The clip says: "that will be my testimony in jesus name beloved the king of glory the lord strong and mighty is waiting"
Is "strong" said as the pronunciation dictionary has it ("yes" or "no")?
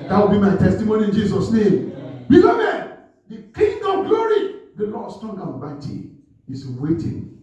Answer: no